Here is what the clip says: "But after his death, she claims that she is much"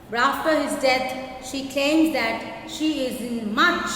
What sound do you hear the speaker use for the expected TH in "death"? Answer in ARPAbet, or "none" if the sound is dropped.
T